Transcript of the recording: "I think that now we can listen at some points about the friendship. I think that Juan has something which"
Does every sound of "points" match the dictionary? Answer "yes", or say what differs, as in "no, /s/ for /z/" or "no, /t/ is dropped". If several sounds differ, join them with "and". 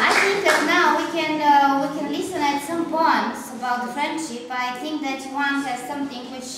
no, /b/ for /p/